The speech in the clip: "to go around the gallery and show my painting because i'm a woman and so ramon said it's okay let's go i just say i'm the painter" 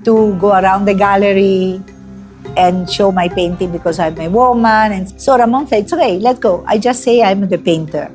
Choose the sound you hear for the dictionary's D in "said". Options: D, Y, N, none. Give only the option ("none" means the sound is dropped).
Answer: none